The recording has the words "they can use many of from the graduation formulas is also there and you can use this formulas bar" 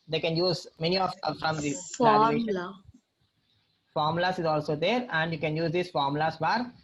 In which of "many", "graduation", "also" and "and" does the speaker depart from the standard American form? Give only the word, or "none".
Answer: graduation